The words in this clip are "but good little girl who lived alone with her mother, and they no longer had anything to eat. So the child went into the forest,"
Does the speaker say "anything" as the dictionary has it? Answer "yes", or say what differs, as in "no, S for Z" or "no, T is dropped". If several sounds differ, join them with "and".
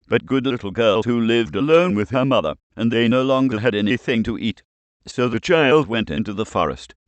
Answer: yes